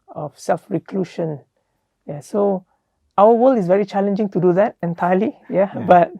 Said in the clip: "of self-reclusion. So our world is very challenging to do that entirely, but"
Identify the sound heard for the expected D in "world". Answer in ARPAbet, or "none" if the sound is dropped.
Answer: none